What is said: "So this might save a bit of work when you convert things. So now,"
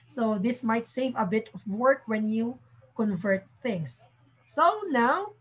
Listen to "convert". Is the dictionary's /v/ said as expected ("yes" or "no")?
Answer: yes